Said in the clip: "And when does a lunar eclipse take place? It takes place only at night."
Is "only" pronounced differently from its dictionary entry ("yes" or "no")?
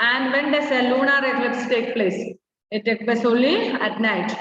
yes